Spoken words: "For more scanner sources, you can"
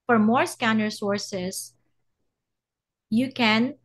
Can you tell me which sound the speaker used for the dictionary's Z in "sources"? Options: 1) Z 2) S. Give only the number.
2